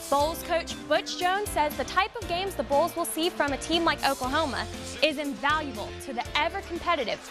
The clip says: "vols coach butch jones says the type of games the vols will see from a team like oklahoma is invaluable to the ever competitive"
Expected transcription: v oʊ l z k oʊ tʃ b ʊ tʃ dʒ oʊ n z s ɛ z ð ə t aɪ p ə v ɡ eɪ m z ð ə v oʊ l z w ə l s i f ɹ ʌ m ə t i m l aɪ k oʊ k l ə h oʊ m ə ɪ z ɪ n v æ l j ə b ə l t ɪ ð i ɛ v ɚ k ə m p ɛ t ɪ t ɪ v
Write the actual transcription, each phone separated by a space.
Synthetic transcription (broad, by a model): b oʊ l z k oʊ tʃ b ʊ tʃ dʒ oʊ n z s ɛ z ð ə t aɪ p ə v ɡ eɪ m z ð ə b oʊ l z w ə l s i f ɹ ʌ m ə t i m l aɪ k oʊ k ə h oʊ m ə ɪ z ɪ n v æ l j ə b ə l t ɪ ð i ɛ v ɚ k m p ɛ t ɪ t ɪ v